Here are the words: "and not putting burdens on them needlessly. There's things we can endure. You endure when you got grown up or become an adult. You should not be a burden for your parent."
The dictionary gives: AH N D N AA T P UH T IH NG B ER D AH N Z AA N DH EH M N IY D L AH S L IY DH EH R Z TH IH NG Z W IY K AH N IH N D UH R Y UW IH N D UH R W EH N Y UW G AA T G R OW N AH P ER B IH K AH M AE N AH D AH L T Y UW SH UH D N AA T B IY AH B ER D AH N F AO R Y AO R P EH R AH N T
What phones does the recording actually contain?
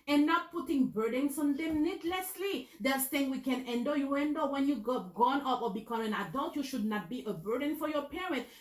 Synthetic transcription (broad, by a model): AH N N AA T P UH T IH NG B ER D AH N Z AA N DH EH M N IY D L AH S L IY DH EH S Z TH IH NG W IY K AH N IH N D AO Y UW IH N D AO W EH N Y UW G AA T G OW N AH P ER B IH K AH M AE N AH D AH L T Y UW SH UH D N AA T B IY AH B ER D AH N F AO R Y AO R P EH R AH N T